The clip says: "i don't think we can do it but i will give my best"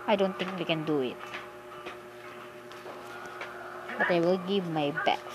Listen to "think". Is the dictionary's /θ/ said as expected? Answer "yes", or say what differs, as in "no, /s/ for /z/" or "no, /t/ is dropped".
no, /t/ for /θ/